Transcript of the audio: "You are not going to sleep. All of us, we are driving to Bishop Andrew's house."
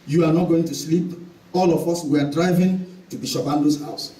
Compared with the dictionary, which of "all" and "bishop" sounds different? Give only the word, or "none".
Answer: bishop